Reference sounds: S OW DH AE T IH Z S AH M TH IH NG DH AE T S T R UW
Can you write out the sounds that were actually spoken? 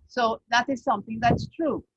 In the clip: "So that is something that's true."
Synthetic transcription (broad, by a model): S OW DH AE T IH Z S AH M T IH NG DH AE T S T R UW